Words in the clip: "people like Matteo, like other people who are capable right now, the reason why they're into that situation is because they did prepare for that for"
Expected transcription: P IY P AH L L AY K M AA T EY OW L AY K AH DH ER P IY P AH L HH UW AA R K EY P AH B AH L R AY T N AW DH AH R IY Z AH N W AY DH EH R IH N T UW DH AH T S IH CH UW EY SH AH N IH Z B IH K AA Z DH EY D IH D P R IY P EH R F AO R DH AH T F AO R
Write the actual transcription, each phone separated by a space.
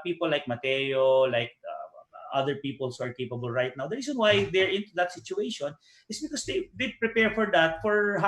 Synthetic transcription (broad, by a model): P IY P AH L L AY K M AA T EY OW L AY K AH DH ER P IY P AH L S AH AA R K EY P AH B AH L R AY T N AW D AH R IY S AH N W AY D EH R IH N T UW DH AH T S IH CH UW EY SH AH N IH S B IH K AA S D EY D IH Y P R IY P EH R F AO R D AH T F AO R